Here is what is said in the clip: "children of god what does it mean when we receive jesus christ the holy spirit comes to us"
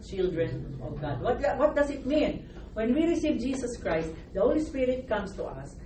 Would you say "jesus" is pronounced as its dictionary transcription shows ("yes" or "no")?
no